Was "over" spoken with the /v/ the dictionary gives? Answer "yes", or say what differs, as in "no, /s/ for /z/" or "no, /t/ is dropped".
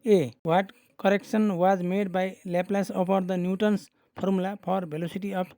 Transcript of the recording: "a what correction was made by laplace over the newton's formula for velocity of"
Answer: no, /p/ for /v/